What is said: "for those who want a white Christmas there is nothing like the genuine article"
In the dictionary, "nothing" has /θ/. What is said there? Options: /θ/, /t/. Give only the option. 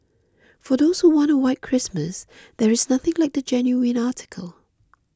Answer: /θ/